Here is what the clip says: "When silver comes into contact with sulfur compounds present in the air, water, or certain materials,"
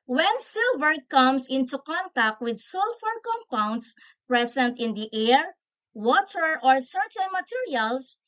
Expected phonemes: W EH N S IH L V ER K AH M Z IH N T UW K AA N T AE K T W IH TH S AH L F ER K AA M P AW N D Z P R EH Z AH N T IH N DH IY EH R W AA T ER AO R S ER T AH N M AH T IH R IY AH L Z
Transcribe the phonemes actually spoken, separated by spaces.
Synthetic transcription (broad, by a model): W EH N S IH L V ER K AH M S IH N T UW K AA N T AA K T W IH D S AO L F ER K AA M P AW N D S P R EH S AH N T IH N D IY EH R W AA T ER AO R S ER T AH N M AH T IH R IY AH L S